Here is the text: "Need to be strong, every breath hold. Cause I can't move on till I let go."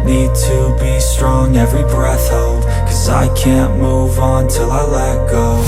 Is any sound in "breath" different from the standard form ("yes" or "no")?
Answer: no